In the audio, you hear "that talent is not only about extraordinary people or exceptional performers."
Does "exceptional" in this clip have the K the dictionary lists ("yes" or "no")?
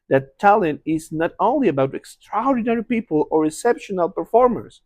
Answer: no